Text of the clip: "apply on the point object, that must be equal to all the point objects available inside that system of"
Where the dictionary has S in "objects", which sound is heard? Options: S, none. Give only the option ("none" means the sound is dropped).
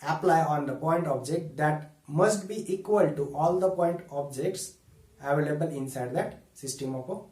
S